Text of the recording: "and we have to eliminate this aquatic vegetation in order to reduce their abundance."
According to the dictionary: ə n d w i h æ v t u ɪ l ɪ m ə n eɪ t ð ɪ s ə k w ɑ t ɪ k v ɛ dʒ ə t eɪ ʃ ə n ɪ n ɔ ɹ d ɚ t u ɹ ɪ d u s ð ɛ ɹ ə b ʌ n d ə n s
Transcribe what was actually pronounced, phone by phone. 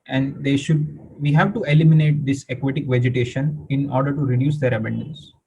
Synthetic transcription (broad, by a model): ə n d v i h æ v t u ɪ l ɪ m ə n eɪ t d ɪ s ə k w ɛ t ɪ k v ɛ dʒ ə t eɪ ʃ ə n ɪ n ɔ ɹ d ɚ t u ɹ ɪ d u s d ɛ ɹ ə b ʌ n d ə n s